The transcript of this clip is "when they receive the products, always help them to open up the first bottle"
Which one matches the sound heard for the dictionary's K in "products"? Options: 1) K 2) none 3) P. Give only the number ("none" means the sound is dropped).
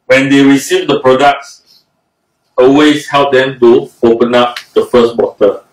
1